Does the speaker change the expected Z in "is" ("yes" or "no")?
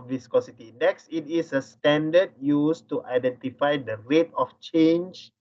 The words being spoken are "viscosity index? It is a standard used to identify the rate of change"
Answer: yes